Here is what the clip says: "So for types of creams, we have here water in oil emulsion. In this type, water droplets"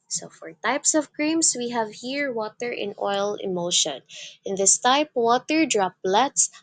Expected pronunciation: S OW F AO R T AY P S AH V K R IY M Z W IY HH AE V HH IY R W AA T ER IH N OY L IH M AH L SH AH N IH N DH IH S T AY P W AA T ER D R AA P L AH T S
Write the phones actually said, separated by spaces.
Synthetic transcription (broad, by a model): S OW F AO R T AY P S AH V K R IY M S W IY HH AE V HH IY R W AA T ER IH N OY L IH M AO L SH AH N IH N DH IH S T AY P W AA T ER D R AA P L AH T S